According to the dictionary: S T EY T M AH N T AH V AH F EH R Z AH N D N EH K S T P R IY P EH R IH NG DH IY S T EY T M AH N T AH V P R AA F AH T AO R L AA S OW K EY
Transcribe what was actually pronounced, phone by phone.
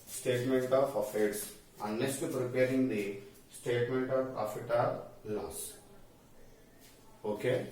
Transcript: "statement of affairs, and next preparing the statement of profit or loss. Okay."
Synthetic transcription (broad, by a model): S T EY T M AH N T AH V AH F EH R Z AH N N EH S T P R IY P EH R IH NG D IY S T EY T M AH N T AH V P R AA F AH T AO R L AA S OW K EY